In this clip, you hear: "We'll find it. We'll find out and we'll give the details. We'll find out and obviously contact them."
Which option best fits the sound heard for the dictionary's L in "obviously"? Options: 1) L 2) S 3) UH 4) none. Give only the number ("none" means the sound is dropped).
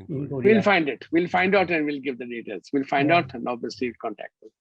4